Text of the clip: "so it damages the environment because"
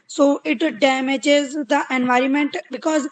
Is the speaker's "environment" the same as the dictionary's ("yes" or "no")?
yes